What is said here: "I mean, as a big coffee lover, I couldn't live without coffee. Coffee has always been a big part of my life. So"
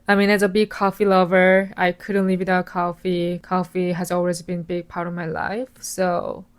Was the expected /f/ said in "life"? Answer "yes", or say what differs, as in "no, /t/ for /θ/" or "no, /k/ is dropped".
yes